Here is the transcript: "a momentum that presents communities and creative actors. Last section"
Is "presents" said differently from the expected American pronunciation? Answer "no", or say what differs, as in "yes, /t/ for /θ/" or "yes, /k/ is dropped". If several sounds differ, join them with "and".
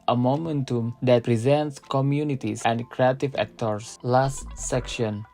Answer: no